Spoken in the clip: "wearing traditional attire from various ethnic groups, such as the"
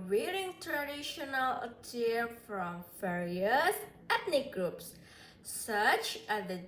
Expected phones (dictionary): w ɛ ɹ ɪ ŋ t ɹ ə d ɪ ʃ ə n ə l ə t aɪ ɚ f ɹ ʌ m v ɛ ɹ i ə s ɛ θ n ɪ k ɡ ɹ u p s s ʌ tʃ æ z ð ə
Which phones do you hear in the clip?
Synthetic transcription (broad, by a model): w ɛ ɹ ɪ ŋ t ɹ ə d ɪ ʃ ə n ə l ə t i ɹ f ɹ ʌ m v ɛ ɹ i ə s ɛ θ n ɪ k ɡ ɹ u p s s ʌ tʃ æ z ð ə